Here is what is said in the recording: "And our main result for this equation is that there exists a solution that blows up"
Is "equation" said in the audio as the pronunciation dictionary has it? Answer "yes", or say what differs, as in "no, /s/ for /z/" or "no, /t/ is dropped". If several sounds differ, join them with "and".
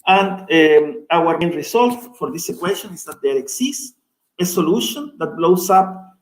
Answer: no, /ʃ/ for /ʒ/